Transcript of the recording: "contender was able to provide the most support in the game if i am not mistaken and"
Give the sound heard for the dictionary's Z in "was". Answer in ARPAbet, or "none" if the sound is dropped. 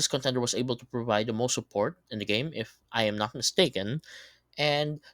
S